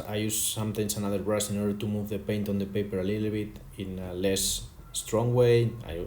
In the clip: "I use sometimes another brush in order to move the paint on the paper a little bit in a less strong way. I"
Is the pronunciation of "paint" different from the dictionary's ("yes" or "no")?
no